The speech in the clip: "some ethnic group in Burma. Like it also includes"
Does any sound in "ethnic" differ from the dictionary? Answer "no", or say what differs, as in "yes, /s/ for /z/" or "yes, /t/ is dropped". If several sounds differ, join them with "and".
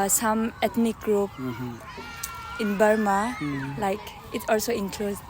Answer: yes, /t/ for /θ/